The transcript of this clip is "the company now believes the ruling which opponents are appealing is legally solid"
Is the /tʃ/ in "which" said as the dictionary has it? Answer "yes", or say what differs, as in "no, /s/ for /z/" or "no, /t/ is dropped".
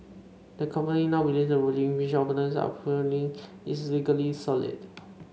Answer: no, /ʃ/ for /tʃ/